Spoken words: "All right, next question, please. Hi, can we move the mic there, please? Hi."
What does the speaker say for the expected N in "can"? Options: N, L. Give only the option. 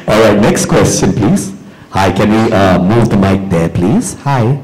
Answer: N